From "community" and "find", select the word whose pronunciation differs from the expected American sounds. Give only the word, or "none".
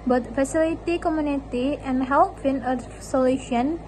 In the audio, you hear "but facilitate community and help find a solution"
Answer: find